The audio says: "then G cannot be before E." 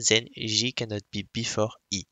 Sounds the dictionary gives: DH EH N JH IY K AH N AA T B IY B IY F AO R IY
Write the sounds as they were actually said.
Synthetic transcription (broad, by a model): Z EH N ZH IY K AH N AA T B IY B IY F AO R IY